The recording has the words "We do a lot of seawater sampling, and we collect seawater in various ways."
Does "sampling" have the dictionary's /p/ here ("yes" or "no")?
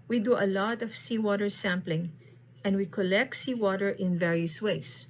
yes